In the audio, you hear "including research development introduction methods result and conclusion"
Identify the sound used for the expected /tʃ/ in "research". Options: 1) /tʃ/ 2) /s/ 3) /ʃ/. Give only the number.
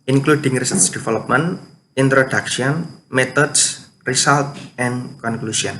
2